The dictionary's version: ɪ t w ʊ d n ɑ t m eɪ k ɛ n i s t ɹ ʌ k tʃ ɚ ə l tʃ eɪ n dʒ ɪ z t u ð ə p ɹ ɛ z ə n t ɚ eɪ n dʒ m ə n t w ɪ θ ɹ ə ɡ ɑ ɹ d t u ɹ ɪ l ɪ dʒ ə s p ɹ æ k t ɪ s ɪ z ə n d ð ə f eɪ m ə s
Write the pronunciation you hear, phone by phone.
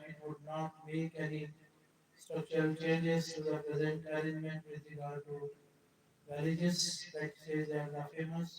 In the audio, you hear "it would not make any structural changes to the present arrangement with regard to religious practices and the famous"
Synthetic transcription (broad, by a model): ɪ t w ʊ d n ɑ t m eɪ k ɛ n i s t ʌ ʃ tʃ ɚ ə l tʃ eɪ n dʒ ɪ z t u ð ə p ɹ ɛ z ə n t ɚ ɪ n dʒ m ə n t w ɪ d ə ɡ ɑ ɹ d t u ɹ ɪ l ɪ dʒ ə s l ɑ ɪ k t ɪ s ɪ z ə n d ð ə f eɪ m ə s